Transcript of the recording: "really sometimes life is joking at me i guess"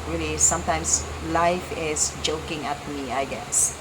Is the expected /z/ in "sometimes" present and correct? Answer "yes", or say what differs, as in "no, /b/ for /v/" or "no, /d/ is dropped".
no, /s/ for /z/